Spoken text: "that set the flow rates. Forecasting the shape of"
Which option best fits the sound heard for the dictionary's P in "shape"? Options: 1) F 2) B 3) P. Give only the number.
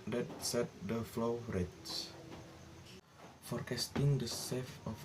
1